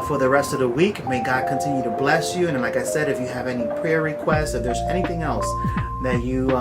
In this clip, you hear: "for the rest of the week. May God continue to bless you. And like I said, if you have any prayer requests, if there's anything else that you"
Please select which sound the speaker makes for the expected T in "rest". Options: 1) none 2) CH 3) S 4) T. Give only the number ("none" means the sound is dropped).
4